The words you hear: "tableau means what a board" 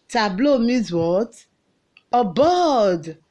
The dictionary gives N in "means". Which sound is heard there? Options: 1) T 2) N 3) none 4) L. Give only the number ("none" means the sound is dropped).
3